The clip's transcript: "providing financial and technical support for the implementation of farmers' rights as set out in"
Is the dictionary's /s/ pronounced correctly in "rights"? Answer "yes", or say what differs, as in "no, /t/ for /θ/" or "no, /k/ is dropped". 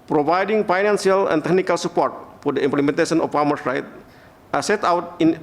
no, /s/ is dropped